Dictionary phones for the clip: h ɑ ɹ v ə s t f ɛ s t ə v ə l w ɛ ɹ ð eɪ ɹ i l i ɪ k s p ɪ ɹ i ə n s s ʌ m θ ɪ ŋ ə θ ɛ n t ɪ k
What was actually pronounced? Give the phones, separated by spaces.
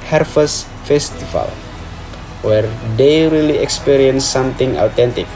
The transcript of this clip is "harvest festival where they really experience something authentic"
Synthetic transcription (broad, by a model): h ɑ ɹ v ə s f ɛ s t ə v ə l w ɛ ɹ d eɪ ɹ i l i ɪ k s p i ɹ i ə n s s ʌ m t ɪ ŋ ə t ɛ n t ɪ k